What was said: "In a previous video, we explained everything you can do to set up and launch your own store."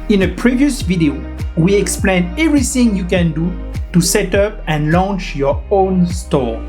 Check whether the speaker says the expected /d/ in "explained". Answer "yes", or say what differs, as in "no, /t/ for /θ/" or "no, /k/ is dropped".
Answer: no, /d/ is dropped